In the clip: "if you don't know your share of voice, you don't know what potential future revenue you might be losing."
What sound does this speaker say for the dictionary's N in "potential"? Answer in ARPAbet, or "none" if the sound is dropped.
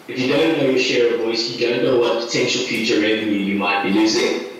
N